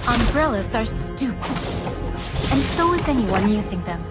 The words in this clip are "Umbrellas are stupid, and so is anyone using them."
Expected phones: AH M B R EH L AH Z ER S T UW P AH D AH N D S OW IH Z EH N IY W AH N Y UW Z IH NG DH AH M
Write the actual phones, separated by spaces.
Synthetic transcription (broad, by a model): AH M B R EH L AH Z ER S T UW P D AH N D S OW IH Z EH N IY W AH N Y UW Z IH NG DH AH M